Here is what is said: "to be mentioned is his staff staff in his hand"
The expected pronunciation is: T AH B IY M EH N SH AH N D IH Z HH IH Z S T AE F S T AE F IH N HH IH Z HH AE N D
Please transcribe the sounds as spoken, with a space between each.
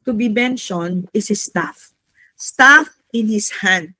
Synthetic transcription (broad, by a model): T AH B IY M EH N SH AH N IH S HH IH S T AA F S T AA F IH N HH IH S HH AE N D